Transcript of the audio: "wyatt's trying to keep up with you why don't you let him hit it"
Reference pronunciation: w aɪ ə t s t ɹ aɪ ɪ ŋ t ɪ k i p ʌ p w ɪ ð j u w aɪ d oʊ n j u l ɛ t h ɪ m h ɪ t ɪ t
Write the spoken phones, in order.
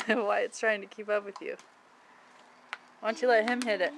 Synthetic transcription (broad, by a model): w aɪ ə t s t ɹ aɪ ɪ ŋ t ɪ k i p ʌ p w ɪ ð j u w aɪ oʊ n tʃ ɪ l ɛ t h ɪ m h ɪ t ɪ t